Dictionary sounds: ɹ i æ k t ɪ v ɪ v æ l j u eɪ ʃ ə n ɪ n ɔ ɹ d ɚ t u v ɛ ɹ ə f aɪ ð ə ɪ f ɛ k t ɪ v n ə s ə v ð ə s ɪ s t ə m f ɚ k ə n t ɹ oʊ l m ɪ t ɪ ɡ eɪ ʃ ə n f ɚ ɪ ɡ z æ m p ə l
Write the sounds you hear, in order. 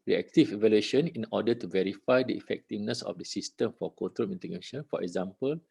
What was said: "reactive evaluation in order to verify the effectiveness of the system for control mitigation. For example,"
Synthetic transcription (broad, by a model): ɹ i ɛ k t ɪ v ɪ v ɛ l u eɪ ʃ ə n ɪ n ɔ d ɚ t u v ɛ ɹ ə f aɪ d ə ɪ f ɛ k t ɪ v n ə s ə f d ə s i s t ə m f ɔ k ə t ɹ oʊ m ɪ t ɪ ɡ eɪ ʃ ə n f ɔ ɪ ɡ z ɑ m p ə l